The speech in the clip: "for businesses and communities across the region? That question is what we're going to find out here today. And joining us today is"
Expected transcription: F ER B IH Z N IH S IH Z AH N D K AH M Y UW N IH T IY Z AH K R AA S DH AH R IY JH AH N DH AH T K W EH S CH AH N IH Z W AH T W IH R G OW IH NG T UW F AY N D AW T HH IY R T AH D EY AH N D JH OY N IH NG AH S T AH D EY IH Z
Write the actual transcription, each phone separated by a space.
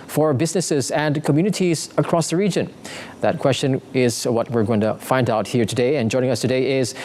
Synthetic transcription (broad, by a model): F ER B IH Z N IH S IH Z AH N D K AH M Y UW N IH T IY Z AH K R AA S DH AH R IY JH AH N DH AH T K W EH S CH AH N IH Z W AH T W IH R G OW IH NG T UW F AY N D AW T HH IY R T AH D EY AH N JH OY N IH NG AH S T AH D EY IH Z